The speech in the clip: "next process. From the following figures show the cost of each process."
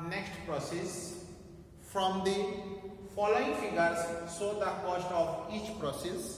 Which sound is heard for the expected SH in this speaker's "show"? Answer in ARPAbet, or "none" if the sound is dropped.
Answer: S